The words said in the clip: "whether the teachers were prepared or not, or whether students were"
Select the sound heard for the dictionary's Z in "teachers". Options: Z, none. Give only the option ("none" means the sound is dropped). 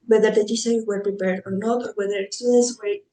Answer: none